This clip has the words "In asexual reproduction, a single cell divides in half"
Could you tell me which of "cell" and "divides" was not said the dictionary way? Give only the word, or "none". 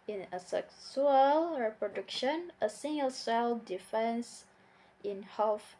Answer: divides